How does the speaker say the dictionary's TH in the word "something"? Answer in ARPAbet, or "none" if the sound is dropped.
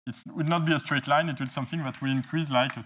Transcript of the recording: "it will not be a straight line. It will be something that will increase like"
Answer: TH